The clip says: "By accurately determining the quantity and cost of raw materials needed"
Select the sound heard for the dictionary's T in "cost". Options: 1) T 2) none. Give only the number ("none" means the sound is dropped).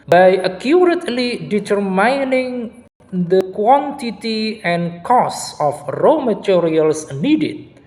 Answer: 2